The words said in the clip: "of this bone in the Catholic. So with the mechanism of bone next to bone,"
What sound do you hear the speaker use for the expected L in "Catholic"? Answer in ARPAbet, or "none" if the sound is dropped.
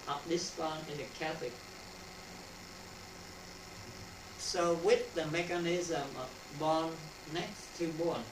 none